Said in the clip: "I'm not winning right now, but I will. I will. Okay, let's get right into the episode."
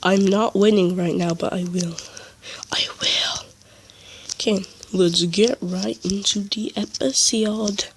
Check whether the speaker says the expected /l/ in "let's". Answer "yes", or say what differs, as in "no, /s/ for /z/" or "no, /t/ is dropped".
no, /w/ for /l/